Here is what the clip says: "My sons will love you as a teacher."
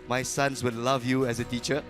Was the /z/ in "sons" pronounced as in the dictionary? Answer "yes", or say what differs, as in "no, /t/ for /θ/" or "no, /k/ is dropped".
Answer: no, /s/ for /z/